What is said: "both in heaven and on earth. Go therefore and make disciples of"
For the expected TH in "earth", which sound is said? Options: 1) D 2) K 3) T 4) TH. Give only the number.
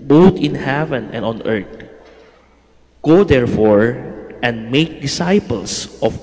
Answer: 3